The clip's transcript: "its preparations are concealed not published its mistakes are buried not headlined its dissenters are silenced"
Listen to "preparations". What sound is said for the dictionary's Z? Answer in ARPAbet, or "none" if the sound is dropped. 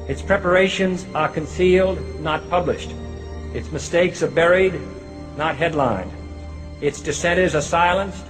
Z